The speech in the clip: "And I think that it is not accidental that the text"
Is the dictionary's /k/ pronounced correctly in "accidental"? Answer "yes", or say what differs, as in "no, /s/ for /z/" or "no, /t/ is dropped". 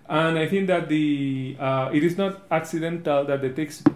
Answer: yes